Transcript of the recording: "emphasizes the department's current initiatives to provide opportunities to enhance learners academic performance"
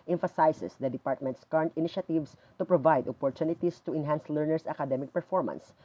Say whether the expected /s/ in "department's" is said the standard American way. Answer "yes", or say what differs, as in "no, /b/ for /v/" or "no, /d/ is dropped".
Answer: yes